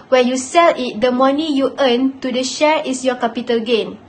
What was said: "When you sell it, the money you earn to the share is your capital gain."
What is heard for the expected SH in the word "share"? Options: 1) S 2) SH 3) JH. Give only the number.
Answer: 2